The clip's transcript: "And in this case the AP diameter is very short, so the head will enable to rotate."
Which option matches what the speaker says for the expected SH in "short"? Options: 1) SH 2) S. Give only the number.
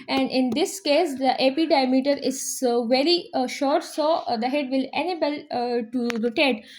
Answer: 1